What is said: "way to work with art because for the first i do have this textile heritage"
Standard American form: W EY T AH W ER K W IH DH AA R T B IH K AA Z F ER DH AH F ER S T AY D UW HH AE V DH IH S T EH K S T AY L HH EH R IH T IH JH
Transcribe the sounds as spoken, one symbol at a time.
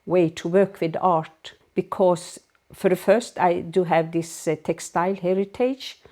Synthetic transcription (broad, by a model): W EY T AH W ER K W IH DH AA R T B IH K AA S F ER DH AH F ER S T AY D UW HH AE V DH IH S T EH K S T AY L HH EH R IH T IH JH